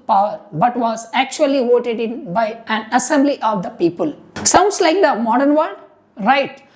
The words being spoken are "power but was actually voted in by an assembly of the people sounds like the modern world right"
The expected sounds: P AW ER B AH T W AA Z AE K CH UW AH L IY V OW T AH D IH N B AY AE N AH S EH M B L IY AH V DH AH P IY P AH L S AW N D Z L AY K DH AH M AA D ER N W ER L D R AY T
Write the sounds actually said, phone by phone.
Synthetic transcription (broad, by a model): P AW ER B AH T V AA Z AE K CH UW AH L IY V OW T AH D IH N B AY AE N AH S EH M B L IY AH V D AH P IY P AH L S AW N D S L AY K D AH M AA D ER N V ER D R AY T